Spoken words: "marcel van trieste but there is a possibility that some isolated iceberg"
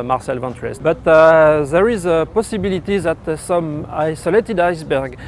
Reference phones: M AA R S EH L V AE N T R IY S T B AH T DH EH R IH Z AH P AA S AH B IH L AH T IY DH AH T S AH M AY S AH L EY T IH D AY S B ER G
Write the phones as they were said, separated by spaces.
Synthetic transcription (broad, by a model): M AA R S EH L V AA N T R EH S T B AH T DH EH R IH Z AH P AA S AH B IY L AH T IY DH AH T S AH M AY S AH L EY T IH D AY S B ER G